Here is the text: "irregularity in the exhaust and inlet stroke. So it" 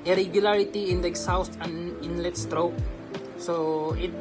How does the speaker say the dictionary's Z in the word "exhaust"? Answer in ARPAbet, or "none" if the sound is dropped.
S